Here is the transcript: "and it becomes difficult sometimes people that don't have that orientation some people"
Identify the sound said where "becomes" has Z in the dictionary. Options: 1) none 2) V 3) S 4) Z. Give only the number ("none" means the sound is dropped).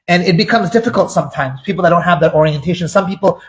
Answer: 4